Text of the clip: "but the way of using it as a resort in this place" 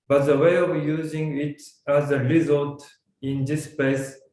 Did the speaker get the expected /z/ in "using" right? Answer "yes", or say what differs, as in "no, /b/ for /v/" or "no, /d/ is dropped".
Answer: yes